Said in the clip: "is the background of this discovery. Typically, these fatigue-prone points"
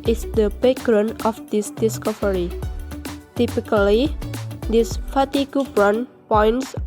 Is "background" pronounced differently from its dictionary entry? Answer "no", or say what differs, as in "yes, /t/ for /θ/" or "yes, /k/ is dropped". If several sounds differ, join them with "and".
yes, /k/ is dropped and /d/ is dropped